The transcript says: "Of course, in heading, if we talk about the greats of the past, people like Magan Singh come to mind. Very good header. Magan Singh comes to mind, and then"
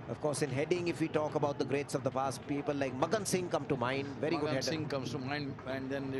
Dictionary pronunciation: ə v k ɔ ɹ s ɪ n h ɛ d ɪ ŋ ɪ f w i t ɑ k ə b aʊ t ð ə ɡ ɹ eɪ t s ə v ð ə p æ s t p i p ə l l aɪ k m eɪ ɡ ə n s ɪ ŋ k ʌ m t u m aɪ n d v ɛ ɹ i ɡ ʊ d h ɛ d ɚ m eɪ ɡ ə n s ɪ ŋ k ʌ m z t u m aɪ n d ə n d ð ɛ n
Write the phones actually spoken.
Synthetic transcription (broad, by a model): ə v k ɔ ɹ s ɪ n h ɛ d ɪ ŋ ɪ f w i t ɑ k ə b aʊ t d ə ɡ ɹ eɪ t s ə v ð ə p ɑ s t p i p ə l l aɪ k m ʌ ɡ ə n s ɪ ŋ k ʌ m t u m aɪ n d v ɛ ɹ i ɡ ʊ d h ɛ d s ɪ ŋ k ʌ m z t u m aɪ n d ə n d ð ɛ n